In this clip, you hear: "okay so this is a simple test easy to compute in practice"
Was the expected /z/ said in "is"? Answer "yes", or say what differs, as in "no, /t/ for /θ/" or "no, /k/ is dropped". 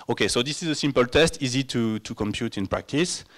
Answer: yes